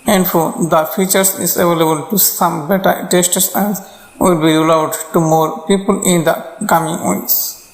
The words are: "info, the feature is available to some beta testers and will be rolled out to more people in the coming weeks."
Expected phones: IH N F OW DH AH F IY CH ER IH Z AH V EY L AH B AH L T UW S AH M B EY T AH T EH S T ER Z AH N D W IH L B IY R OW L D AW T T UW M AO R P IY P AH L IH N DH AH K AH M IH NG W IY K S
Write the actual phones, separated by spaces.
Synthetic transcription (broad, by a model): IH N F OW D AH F IY CH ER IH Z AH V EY L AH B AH L T UW S AH M B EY T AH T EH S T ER S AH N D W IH L B IY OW L AW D T UW M AO R P IY P AH L IH N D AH K AH M IH NG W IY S